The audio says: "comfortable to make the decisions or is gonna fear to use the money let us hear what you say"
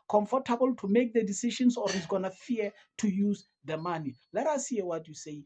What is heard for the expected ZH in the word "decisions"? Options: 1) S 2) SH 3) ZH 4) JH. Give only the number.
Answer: 2